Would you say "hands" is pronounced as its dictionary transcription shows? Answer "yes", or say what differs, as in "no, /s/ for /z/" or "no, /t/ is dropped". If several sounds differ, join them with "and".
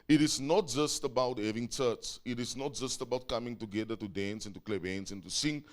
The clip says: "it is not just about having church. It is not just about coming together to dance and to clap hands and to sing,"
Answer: no, /s/ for /z/